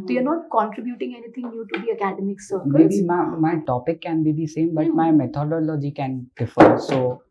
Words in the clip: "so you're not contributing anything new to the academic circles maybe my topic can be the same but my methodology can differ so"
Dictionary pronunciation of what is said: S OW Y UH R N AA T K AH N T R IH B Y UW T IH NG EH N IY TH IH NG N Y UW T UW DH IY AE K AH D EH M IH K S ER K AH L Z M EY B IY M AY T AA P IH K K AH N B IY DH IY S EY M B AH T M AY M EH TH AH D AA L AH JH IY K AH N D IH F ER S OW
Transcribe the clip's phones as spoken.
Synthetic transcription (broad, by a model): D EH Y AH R N AA T K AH N T R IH B Y UW T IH NG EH N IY T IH NG N Y UW T UW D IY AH K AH D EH M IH K S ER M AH EY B IY M AY T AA P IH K K AH N B IY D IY S EY M B AH T M AY M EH T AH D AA L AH JH IY K AH N D IH F ER S OW